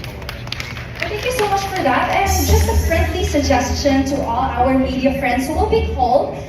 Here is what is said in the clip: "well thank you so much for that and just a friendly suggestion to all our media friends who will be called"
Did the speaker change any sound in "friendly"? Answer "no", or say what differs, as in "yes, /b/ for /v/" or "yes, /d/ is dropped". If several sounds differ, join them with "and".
yes, /p/ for /f/